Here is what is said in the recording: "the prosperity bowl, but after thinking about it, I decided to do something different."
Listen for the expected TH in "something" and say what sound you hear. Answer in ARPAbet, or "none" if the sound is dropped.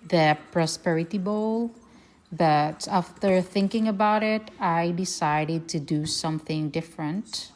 TH